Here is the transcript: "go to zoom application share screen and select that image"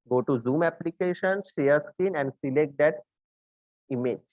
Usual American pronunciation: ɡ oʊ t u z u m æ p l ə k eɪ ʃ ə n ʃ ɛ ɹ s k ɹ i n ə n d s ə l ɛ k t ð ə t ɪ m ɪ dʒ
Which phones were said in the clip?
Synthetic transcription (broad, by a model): ɡ oʊ t u z u m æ p l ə k eɪ ʃ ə n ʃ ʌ ɹ s k i n ə n d s ə l ɛ k t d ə t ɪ m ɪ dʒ